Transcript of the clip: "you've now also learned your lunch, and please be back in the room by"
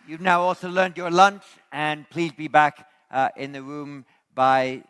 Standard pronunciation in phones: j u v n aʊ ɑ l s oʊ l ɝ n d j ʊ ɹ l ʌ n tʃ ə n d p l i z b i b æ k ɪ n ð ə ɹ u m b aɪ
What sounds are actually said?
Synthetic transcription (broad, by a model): j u v n aʊ ɑ l s oʊ l ɝ n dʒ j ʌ ɹ l ʌ n tʃ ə n p l i z b i b æ k ɪ n ð ə ɹ u m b aɪ